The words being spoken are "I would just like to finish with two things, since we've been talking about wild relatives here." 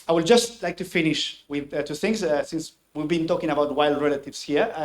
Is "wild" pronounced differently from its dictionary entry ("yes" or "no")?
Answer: no